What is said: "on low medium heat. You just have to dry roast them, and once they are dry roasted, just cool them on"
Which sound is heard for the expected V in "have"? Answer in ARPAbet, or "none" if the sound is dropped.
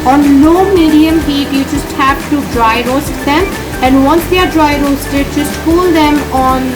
P